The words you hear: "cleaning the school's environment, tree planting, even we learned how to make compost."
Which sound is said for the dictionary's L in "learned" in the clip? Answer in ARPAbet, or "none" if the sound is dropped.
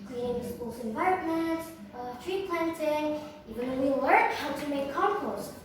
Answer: W